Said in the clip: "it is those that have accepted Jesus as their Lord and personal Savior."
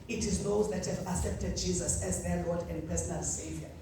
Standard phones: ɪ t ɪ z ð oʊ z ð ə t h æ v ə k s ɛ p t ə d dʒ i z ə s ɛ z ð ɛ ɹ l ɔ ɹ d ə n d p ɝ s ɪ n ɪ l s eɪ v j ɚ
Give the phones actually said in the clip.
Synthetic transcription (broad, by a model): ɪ t ɪ z ð oʊ z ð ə t h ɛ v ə s ɛ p t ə d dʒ i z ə s ɛ z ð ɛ l ɔ d ə n d p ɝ s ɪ n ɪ l s eɪ v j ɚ